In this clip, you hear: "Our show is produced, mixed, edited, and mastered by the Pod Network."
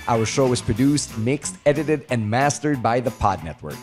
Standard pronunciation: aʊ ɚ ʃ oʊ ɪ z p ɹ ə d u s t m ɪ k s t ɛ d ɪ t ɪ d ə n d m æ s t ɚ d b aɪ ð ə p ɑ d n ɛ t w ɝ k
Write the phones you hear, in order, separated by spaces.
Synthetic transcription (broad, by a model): aʊ ɚ ʃ oʊ ɪ z p ɹ ə d u s t m ɪ k s t ɛ d ɪ t ɪ d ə n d m æ s t ɚ d b aɪ ð ə p ɑ d n ɛ t w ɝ k